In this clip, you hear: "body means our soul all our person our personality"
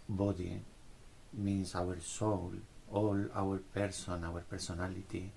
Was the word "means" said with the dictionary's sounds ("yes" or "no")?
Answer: no